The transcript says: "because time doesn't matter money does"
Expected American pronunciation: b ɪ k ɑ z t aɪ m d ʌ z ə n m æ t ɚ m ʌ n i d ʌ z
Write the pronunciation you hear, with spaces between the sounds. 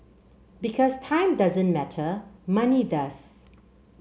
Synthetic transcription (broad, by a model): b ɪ k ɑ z t aɪ m d ʌ z ə n m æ t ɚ m ʌ n i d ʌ s